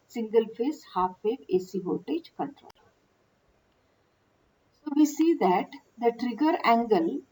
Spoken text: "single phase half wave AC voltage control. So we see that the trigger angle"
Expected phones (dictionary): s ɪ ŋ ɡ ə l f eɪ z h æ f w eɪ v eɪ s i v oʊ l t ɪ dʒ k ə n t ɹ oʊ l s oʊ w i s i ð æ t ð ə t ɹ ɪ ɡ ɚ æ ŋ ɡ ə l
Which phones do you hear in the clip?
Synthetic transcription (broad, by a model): s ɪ ŋ ɡ ə l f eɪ s h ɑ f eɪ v eɪ s i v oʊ t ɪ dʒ k ə n t ɹ oʊ l s oʊ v i s i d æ t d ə t ɹ ɪ ɡ ɚ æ ŋ ɡ ə l